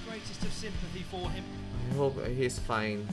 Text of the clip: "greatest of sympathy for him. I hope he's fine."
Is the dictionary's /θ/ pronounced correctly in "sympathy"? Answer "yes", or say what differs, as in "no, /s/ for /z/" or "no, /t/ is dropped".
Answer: yes